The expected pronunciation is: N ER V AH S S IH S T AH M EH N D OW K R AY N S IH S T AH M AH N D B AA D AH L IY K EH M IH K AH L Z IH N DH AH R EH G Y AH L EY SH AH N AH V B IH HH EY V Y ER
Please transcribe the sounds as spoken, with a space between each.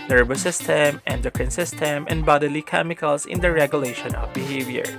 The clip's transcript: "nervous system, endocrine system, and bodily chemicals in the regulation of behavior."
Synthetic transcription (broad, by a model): N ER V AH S S IH S T AH M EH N D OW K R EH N S IH S T AH M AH N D B AA D AH L IY K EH M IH K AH L S IH N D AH R EH G Y AH L EY SH AH N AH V B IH HH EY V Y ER